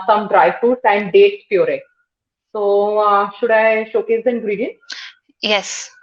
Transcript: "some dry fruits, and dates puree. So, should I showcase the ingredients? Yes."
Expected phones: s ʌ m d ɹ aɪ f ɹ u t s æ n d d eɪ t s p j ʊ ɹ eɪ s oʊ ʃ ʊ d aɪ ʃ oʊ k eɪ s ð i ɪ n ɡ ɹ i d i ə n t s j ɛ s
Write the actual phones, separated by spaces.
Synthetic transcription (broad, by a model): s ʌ m d ɹ aɪ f u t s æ n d d eɪ t s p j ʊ ɹ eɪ s oʊ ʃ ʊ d aɪ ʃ oʊ k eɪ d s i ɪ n ɡ ɹ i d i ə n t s j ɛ s